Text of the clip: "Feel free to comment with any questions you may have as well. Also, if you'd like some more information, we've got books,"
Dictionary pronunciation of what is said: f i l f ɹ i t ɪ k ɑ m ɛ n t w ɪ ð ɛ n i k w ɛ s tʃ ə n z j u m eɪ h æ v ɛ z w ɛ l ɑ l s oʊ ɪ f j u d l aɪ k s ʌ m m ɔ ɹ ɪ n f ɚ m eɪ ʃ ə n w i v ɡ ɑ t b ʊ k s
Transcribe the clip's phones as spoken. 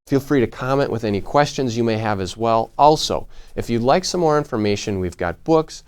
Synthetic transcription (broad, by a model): f i l f ɹ i t ɪ k ɑ m ɛ n t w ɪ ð ɛ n i k w ɛ s tʃ ə n z j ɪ m eɪ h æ v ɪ z w ɛ l ɑ l s oʊ ɪ f j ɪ l aɪ k s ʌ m m ɔ ɹ ɪ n f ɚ m eɪ ʃ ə n w i v ɡ ɑ t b ʊ k s